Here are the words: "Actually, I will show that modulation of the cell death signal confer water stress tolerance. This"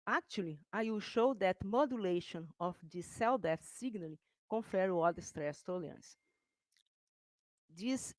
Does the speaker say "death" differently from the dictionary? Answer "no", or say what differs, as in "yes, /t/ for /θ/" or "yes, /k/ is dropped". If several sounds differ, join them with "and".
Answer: yes, /f/ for /θ/